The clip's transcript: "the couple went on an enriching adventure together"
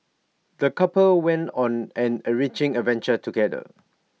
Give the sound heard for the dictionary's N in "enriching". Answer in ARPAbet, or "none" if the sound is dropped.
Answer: none